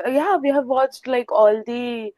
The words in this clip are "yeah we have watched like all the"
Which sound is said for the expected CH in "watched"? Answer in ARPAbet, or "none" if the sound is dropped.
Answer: CH